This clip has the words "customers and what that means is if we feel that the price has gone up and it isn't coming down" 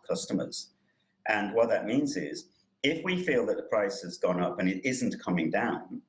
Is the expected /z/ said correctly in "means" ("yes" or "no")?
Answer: yes